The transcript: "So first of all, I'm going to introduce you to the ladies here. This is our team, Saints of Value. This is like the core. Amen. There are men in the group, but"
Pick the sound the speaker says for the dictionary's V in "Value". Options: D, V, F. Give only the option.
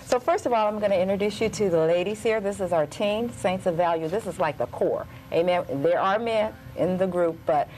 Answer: V